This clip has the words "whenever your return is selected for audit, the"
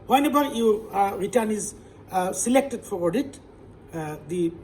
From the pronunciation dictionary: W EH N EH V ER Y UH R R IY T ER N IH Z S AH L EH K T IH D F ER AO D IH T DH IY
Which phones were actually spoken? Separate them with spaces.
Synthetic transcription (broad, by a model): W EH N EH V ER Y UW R R IY T ER N IH Z S AH L EH K T IH D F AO AO D IH T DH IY